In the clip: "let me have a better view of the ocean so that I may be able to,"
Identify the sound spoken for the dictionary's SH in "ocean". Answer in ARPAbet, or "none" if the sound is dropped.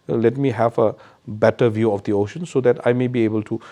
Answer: SH